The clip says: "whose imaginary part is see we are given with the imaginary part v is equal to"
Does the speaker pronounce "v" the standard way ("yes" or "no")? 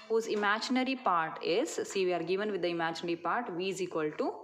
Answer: yes